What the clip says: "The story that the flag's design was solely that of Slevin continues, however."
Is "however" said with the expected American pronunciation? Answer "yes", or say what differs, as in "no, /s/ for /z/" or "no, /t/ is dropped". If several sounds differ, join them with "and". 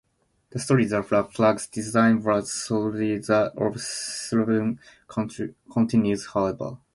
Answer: no, /b/ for /v/